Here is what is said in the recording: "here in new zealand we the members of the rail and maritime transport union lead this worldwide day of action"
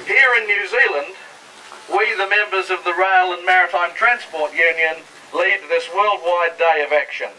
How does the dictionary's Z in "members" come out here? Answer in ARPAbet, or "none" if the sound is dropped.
Z